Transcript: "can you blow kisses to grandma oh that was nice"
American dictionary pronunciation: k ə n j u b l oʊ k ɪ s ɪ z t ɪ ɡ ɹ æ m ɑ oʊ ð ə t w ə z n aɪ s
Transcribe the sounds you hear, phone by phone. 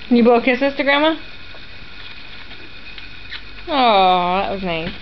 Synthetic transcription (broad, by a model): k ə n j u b oʊ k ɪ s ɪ s t ɪ ɡ ɹ æ m ɑ oʊ ð ə t w ə z n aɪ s